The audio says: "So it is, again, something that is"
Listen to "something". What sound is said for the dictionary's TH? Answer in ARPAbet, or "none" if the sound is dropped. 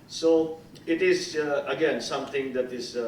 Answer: T